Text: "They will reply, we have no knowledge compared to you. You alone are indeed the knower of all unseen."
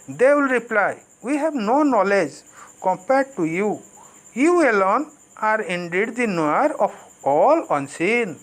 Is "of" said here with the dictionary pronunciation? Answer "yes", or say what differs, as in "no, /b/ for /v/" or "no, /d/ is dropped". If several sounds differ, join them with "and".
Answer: no, /p/ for /v/